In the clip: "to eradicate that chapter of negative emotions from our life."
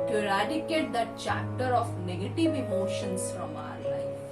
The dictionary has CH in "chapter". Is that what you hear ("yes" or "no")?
yes